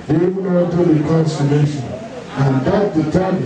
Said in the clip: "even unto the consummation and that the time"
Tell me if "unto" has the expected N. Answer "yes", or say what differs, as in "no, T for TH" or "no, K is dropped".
no, N is dropped